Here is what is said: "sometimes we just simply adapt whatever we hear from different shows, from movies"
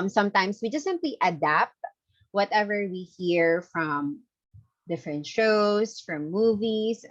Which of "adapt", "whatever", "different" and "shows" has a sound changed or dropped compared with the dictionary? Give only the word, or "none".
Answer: shows